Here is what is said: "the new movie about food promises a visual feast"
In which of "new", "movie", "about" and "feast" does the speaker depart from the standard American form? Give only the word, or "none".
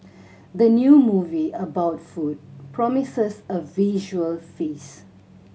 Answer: feast